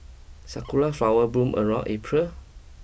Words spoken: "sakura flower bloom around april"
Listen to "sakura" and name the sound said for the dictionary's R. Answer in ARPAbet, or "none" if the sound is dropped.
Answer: L